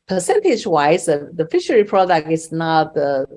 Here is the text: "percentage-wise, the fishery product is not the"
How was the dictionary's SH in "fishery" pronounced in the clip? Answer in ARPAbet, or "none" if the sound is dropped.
SH